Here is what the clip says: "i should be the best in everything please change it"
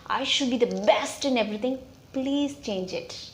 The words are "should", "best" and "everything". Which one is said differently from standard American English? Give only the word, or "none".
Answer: everything